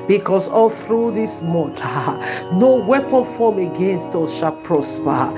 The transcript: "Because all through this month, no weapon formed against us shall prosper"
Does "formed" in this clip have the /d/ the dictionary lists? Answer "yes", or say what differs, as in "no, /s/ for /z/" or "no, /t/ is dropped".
no, /d/ is dropped